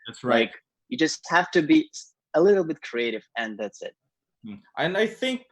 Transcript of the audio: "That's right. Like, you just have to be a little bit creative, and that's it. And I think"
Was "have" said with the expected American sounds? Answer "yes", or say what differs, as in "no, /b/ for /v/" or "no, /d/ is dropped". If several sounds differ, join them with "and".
no, /f/ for /v/